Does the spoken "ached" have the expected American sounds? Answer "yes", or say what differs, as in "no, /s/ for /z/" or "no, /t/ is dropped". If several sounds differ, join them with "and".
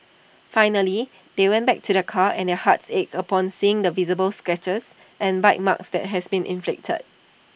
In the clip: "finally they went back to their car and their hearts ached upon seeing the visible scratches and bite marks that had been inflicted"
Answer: no, /t/ is dropped